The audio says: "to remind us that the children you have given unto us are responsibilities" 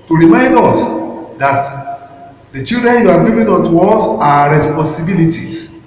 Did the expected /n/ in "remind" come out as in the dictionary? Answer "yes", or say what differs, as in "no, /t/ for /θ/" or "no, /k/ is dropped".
yes